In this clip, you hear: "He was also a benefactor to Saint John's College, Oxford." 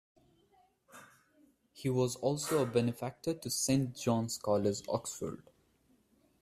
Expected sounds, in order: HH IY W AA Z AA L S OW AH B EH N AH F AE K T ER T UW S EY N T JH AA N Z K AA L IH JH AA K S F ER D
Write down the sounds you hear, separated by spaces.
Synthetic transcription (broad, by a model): HH IY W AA Z AA L S OW AH B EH N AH F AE K T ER T UW S EY N T JH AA N S K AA L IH Z AA K S F ER D